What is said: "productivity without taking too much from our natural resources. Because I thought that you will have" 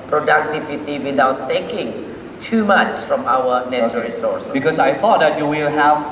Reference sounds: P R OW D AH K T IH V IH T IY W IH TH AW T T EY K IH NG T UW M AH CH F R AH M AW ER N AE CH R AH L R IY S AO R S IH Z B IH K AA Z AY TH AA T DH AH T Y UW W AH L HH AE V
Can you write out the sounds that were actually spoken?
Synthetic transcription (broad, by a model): P R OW D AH K T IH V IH T IY W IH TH AW T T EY K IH NG T UW M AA CH F R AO M AW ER N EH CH AH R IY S AO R S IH B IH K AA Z AY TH AA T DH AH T Y UW W AH L HH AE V